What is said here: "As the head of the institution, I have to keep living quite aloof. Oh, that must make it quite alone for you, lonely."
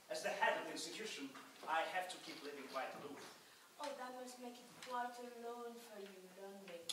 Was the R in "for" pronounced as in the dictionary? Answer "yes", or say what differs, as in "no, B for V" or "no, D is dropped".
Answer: yes